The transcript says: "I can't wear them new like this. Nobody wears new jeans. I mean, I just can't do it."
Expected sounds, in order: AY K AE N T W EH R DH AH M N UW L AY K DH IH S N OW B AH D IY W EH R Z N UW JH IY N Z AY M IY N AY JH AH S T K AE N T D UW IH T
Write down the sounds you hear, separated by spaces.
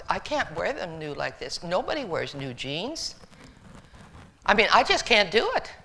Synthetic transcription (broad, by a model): AY K AE N T W EH R DH AH M N UW L AY K DH IH S N OW B AH D IY W EH R Z N UW JH IY N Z AY M IY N AY JH AH S K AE N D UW IH T